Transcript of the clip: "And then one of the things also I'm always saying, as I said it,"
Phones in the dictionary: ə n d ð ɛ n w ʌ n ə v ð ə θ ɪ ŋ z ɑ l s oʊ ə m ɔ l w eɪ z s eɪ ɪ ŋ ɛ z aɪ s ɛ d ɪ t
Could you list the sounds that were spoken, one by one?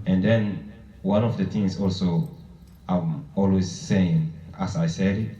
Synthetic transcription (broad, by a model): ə n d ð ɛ n w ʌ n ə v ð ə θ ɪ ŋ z ɑ l s oʊ ə m ɔ l w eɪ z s eɪ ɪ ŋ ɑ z aɪ s ɛ d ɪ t